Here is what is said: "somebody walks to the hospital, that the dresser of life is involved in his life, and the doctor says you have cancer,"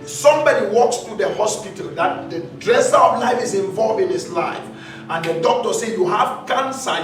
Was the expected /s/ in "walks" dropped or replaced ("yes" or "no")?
no